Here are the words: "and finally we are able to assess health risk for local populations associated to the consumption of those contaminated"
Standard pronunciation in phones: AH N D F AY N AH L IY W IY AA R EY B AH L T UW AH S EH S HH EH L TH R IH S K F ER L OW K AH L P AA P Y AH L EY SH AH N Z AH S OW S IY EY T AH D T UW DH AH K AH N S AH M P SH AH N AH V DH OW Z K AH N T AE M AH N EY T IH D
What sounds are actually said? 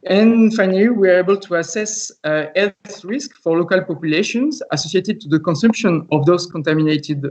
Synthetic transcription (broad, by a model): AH N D F AY N AH L IY W IY AA R EY B AH L T UW AH S EH S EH TH R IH S K F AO L OW K AH L P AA P Y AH L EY SH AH N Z AH S OW S IY EY T AH D T UW DH AH K AH N S AH M P SH AH N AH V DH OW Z K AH N T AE M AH N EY T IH D